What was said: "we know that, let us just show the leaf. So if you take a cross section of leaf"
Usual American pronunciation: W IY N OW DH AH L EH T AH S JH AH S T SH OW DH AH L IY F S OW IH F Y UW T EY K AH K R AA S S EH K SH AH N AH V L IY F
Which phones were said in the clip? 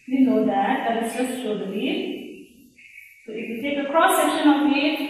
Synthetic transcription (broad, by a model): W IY N OW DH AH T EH AH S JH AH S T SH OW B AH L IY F S OW IH F Y UW T EY K AH K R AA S S EH K SH AH N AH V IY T